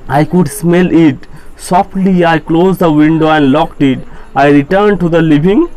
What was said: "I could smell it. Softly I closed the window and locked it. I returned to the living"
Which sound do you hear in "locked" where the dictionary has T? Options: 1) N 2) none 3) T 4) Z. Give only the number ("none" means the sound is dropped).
3